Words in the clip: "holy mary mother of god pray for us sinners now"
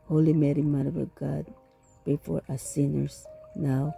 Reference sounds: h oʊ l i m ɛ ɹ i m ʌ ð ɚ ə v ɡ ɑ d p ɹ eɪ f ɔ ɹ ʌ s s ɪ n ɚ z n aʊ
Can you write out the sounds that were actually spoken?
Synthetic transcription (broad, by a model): h oʊ l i m ɛ ɹ i m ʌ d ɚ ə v ɡ ɑ d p eɪ f ɔ ɹ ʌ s s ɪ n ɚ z n aʊ